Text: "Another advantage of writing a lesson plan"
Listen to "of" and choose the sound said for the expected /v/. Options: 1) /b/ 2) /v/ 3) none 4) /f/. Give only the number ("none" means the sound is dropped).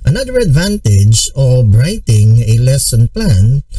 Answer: 1